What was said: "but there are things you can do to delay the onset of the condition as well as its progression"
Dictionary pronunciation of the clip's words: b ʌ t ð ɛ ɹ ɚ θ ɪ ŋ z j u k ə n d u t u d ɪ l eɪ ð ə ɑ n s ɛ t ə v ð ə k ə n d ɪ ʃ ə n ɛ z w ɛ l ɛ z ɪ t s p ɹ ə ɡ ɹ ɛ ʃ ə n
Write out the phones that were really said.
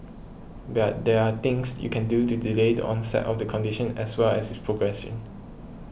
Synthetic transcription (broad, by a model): b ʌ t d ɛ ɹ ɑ t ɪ ŋ s j u k ə n d u t u d ɪ l eɪ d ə ɑ n s ɛ t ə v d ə k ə n d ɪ ʃ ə n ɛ s w ɛ l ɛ s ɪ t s p ɹ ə ɡ ɹ ɛ s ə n